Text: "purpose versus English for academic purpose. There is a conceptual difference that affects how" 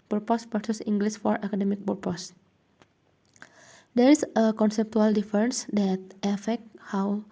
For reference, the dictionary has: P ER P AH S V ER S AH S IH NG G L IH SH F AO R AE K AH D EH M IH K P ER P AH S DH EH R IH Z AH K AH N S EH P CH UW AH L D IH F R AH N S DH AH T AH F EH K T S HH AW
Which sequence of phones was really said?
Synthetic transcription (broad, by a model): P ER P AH S P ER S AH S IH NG G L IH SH F AO R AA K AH D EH M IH K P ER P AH S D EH R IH S AH K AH N S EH P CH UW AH L D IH F R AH N S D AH T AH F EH K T HH AW